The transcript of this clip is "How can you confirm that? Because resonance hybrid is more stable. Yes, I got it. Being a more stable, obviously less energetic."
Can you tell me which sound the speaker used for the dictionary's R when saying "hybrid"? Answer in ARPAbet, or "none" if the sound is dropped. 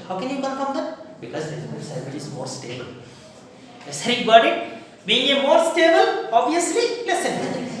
none